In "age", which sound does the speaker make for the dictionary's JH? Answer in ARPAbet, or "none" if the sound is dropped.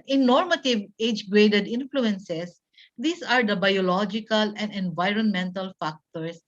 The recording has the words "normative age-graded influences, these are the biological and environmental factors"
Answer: JH